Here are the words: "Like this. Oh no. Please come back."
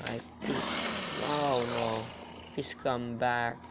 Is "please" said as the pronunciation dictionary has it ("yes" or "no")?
no